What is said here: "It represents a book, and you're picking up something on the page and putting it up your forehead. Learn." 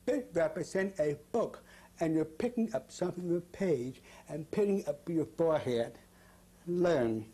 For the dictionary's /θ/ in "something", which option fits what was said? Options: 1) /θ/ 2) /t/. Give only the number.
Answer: 1